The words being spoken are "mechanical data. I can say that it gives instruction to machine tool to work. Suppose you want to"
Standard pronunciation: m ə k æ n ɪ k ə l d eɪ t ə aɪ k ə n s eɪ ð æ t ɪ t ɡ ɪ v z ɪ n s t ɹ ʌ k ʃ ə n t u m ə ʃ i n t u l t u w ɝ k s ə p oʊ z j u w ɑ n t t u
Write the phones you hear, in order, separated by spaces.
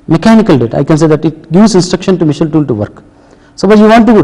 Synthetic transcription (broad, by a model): m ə k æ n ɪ k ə l d eɪ t ə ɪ k ə n s eɪ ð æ t ɪ t ɡ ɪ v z ɪ n s t ɹ ʌ k ʃ ə n t u m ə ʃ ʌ l t u l t u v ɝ k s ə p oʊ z j u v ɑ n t t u